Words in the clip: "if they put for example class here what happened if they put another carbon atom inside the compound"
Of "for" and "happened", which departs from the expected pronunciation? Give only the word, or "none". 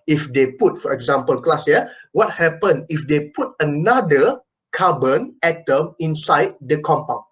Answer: happened